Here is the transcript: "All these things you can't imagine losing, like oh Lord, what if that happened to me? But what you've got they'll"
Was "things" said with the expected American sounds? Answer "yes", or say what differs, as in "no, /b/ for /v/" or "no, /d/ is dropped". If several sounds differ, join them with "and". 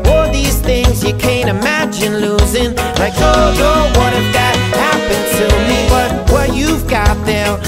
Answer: yes